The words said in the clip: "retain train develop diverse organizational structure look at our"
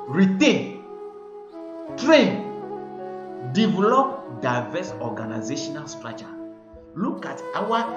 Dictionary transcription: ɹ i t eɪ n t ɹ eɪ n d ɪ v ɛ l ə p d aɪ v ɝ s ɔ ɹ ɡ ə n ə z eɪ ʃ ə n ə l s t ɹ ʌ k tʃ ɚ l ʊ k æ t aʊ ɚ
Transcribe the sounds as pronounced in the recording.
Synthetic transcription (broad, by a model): ɹ i t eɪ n t ɹ eɪ n d ɪ v ɛ l ə p d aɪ v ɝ s ɔ ɡ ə n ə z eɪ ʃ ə n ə l s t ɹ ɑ tʃ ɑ l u k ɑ t aʊ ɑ